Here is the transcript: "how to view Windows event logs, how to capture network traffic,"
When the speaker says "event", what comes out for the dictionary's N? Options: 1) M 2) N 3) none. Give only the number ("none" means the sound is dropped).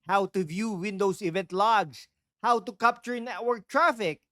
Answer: 2